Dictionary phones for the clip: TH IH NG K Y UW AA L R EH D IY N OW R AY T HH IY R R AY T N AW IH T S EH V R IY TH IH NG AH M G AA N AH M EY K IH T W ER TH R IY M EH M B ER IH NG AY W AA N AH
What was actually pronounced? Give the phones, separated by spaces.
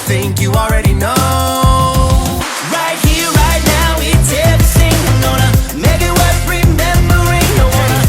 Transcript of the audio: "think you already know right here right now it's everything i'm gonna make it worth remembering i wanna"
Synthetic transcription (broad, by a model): TH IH NG K Y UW AA L R EH D IY N OW R AY T HH IY R R AY T N AW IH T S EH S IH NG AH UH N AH M EY K IH T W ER T R IY M EH M B ER IH NG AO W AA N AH